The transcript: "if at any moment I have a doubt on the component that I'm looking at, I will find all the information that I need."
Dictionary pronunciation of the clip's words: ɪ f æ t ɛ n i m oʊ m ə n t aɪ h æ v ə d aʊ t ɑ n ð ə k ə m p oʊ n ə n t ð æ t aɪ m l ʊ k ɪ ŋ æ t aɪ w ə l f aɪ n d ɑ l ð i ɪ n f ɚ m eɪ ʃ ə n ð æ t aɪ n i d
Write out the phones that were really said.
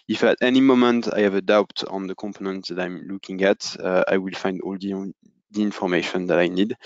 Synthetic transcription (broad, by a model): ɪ f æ t ɛ n i m oʊ m ə n t aɪ h æ v ə d aʊ t ɑ n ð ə k ə m p oʊ n ə n t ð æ t aɪ m l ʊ k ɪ ŋ æ t aɪ w ə l f aɪ n d ɑ l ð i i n f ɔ m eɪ ʃ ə n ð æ t aɪ n i d